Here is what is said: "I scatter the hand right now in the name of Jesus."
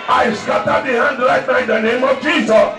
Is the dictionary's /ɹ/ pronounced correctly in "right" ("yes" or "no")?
no